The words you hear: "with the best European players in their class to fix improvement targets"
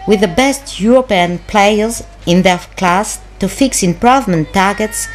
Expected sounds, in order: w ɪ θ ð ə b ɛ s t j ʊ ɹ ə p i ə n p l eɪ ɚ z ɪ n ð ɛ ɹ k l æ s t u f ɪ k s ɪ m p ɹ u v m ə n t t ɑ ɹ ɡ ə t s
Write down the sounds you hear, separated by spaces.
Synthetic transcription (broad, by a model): w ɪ ð ə b ɛ s t j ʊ ɹ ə p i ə n p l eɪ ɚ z ɪ n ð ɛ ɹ k l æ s t u f ɪ k s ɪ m p ɹ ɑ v m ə n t t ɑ ɹ ɡ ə t s